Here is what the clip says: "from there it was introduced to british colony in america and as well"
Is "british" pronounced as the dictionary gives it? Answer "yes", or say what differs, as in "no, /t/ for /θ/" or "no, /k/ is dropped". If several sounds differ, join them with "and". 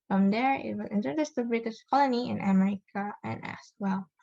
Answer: yes